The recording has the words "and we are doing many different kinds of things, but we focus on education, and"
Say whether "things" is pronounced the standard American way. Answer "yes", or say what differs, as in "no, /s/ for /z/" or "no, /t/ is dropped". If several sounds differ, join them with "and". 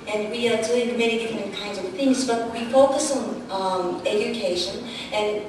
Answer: yes